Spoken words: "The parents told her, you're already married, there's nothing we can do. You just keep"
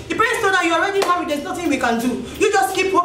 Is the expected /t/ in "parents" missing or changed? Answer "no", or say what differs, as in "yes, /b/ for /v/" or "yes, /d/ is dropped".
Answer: yes, /s/ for /t/